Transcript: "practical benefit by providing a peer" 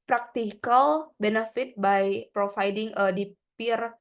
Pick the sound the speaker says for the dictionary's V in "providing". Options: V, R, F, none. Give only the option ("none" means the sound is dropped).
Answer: F